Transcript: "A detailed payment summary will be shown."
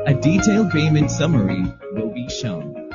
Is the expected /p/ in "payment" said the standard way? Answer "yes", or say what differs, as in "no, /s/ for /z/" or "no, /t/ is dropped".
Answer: no, /b/ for /p/